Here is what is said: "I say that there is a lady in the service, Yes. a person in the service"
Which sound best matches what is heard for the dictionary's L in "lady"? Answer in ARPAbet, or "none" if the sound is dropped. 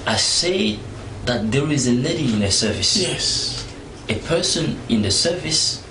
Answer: N